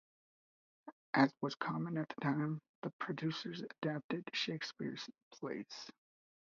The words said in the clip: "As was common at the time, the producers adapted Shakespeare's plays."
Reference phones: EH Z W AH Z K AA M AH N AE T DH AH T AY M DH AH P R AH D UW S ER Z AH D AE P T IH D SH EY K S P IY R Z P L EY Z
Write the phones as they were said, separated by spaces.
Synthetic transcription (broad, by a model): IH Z W AH Z K AA M AH N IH T DH AH T AY M DH AH P R AH D UW S ER Z AH D AE P T IH D SH EY K S P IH R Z P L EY S